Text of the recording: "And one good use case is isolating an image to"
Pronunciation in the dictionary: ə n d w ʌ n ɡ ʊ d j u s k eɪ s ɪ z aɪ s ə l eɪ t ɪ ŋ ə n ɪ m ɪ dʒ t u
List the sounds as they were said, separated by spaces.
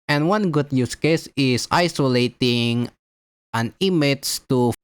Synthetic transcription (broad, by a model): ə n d w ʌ n ɡ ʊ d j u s k eɪ s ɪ s aɪ s ə l eɪ t ɪ ŋ ə n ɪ m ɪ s t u